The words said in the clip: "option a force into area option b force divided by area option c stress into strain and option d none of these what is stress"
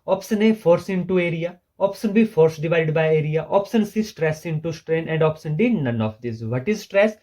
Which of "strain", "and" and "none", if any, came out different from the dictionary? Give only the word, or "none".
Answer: none